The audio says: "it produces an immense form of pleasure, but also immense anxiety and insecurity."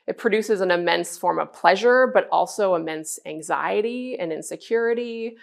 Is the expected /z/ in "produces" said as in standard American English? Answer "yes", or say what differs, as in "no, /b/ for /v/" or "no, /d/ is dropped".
yes